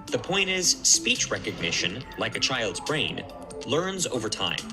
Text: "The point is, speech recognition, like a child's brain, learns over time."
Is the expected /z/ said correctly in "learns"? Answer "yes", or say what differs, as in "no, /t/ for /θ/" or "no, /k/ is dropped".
yes